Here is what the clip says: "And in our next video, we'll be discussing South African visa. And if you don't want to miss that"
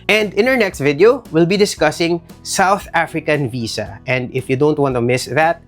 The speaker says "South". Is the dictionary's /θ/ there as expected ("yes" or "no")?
yes